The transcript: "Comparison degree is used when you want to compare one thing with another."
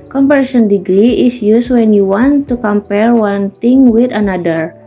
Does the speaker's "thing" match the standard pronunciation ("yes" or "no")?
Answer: no